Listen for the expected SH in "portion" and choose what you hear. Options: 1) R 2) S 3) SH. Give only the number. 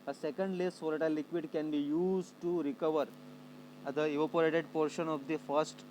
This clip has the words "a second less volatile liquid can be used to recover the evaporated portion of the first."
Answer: 3